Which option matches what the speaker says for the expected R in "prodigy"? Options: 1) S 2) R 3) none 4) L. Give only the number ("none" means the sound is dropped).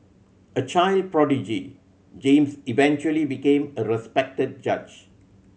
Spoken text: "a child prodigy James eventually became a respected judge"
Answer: 2